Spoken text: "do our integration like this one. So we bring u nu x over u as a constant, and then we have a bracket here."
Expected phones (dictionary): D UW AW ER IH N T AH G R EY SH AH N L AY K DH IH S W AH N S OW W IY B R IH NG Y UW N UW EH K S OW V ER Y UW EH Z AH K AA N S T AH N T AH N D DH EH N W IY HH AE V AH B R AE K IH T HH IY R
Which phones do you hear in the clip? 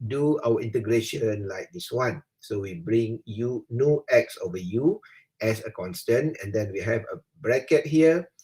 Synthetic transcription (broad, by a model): D UW AW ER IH N T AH G R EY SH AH N L AY K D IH S W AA N S OW W IY B R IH NG Y UW N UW EH K S OW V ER Y UW EH S AH K AA N S T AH N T AH N D EH N W IY HH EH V AH B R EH K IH T HH IY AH